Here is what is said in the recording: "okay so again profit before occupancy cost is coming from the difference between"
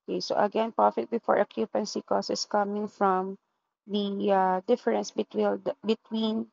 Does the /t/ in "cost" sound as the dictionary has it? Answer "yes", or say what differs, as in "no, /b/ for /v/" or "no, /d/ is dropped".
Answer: no, /t/ is dropped